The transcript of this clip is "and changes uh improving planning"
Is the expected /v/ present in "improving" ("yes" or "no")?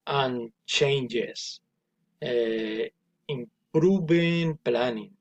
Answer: no